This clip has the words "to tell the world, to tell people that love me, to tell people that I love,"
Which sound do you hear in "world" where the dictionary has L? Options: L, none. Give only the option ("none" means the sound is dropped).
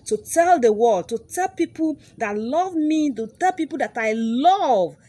none